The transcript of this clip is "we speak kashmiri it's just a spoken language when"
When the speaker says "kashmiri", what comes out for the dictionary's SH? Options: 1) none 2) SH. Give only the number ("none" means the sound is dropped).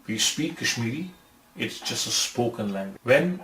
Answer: 2